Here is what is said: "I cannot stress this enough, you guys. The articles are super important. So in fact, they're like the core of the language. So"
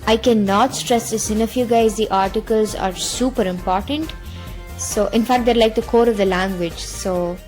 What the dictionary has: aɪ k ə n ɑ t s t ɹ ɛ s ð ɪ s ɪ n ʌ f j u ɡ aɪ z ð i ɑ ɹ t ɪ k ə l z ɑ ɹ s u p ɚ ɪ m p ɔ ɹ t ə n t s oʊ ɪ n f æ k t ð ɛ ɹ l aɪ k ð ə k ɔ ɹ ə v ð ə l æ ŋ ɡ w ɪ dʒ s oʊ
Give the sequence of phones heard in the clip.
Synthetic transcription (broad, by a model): aɪ k ə n ɑ t s t ɹ ɛ s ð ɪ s ɪ n ʌ f j u ɡ aɪ z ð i ɑ ɹ t ɪ k ə l z ɑ ɹ s u p ɚ ɪ m p ɔ ɹ t ə n t s oʊ ɪ n f æ k t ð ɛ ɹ l aɪ k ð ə k ɔ ɹ ə v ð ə l æ ŋ ɡ w ɪ dʒ s oʊ